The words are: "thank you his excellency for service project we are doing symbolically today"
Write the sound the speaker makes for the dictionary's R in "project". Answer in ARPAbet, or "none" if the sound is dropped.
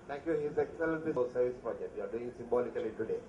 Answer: none